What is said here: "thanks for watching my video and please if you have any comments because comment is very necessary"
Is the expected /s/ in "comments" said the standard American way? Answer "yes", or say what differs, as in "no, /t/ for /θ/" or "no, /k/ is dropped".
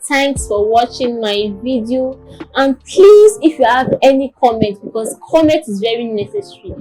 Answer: no, /s/ is dropped